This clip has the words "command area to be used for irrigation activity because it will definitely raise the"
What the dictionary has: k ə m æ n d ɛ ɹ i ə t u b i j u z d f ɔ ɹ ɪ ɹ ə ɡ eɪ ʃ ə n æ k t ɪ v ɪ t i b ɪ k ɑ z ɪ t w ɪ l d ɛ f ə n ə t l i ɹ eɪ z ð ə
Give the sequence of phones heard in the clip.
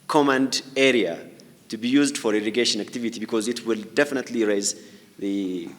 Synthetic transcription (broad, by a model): k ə m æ n d ɛ ɹ i ə t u b i j u z d f ɔ ɹ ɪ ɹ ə ɡ eɪ ʃ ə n æ k t ɪ v ɪ t i b ɪ k ɑ z ɪ t w ɪ l d ɛ f ə n ə t l i ɹ eɪ z ð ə